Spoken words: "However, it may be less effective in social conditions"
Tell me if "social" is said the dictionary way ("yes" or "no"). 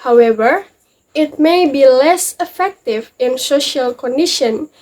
yes